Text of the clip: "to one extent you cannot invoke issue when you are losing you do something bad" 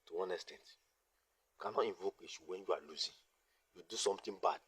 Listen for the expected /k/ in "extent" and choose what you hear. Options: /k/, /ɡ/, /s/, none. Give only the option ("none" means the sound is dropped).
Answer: none